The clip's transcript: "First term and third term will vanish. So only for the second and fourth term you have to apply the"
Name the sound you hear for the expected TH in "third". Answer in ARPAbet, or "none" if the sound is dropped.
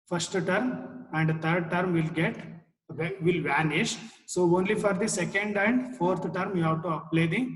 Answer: T